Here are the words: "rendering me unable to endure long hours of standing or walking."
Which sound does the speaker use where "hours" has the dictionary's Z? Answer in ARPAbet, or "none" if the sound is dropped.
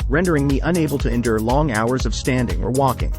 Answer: Z